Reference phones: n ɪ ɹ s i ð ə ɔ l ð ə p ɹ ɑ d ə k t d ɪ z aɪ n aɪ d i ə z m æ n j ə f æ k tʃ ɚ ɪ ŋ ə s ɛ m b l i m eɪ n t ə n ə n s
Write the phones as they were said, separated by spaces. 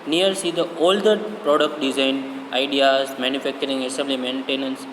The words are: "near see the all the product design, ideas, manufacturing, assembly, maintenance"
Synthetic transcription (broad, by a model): n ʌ ɹ s i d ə ɔ l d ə p ɹ ɑ d ə k t d ɪ z aɪ n aɪ d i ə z m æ n j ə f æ k tʃ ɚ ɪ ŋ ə s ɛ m b l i m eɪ n t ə n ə n s